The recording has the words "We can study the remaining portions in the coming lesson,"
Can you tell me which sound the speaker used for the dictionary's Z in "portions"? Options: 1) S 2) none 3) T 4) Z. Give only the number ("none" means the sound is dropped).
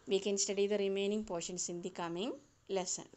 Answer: 1